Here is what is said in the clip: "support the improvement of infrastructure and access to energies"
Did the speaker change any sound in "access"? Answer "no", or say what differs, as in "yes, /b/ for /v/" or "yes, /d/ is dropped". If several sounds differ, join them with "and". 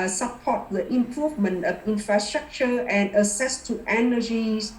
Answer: yes, /k/ is dropped